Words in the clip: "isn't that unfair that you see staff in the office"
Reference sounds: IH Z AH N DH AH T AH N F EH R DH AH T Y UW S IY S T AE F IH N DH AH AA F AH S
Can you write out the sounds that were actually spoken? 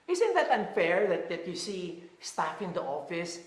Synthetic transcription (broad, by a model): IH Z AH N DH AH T AH N F EH R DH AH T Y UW S IY S T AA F IH N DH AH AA F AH S